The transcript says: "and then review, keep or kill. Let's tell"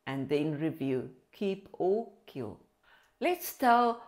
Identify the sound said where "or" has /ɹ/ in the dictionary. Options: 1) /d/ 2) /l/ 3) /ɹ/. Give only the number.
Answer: 2